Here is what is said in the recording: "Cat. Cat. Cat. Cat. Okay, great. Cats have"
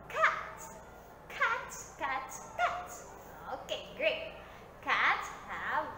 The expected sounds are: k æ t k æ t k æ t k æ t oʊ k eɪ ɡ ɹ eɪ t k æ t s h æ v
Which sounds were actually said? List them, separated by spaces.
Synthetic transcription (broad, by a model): k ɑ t k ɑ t k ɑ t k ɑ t oʊ k eɪ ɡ ɹ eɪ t k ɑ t h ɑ